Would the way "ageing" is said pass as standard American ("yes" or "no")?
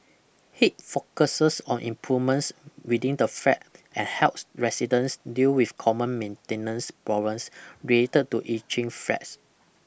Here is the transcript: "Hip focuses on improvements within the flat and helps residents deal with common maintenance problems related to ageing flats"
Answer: no